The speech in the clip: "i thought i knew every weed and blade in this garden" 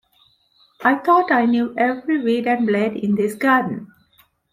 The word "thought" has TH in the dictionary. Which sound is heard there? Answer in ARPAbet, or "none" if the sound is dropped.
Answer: T